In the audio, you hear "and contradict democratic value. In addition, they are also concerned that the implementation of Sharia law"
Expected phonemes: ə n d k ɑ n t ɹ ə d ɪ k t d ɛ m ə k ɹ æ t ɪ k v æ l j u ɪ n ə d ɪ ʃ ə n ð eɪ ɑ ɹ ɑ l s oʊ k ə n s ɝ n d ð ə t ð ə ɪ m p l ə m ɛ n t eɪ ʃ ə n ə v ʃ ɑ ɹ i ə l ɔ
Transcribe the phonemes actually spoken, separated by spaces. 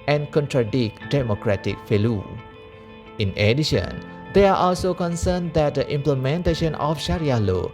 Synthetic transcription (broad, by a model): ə n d k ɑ n t ɹ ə d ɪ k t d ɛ m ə k ɹ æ t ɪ k f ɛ l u ɪ n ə d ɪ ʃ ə n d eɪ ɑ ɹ ɑ l s oʊ k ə n s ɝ n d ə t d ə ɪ m p l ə m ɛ n t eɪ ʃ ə n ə f ʃ ɑ ɹ i ə l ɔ